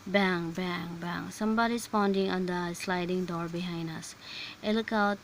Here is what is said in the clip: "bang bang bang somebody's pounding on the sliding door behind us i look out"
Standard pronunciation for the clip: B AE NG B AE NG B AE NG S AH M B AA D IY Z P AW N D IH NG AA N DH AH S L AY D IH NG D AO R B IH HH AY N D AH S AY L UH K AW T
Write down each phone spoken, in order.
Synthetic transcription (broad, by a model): B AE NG B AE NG B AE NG S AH M B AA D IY S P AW N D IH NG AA N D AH S L AY D IH NG D AO R B IH HH AY N D AH S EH L K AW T